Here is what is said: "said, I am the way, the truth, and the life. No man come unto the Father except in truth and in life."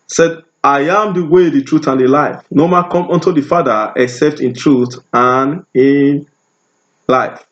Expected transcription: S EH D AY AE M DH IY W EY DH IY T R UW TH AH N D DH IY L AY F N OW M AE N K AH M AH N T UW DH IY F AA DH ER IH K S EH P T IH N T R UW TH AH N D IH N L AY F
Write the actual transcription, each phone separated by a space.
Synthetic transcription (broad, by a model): S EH D AY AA M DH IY W EY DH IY T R UW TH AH N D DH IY L AY F N OW M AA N K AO M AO N T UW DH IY F AA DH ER IH K S EH P T IH N T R UW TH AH N IH N L AY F